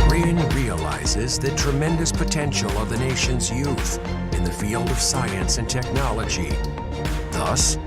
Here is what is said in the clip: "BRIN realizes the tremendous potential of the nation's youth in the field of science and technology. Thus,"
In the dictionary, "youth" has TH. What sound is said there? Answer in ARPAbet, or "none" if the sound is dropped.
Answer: TH